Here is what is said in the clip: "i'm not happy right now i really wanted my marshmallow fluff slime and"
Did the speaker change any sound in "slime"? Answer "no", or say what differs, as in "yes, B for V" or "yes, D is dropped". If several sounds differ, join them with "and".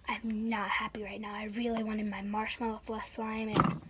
no